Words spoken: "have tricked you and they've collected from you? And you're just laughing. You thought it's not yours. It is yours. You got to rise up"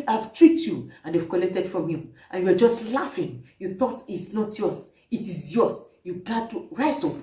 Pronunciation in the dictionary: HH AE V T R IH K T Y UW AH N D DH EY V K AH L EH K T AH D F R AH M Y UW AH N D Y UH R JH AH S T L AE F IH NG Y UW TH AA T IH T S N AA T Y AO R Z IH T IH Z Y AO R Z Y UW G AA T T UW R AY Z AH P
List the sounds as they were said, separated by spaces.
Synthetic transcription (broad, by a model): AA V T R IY T Y UW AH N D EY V K AH L EH K T AH D F R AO M Y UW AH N Y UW W JH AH S T L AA F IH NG Y UW TH AA T IH T S N AA T Y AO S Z IH T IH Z Y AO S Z Y UW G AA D T UW R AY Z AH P